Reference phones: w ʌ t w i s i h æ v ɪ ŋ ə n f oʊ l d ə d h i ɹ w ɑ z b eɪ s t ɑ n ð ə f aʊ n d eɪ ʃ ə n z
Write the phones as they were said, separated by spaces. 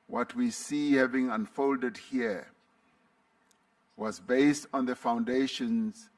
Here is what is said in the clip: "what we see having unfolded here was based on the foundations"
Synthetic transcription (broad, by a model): w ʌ t w i s i h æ v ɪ ŋ ə n f oʊ l d ə d h i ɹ w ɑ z b eɪ s t ɑ n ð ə f aʊ n d eɪ ʃ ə n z